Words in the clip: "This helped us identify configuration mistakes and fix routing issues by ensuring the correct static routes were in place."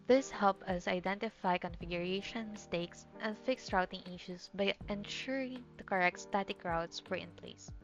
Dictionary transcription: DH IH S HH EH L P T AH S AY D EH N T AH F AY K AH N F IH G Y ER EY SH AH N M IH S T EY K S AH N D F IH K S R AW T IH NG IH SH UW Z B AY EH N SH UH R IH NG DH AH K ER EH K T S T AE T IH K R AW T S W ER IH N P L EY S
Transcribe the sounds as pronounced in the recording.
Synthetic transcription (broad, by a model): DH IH S HH EH L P AH S AY D EH N T AH F AY K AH N F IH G Y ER EY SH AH N M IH S T EY K S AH N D F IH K S R AW T IH NG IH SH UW S B AY EH N SH UH R IH NG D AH K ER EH K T S T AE T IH K R AW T S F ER IH N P L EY S